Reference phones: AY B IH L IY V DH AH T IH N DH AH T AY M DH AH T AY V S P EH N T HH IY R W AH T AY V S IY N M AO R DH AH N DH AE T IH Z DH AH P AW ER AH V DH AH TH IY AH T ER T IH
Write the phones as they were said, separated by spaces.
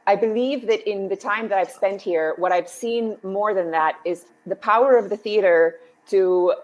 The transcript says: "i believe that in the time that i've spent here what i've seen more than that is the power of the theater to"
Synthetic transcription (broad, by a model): AY B IH L IY V DH AH T IH N DH AH T AY M DH AH T AY V S P EH N T HH IY R W AH T AY V S IY N M AO R DH AH N DH AE T IH Z DH AH P AW ER AH V DH AH TH IY AH T ER T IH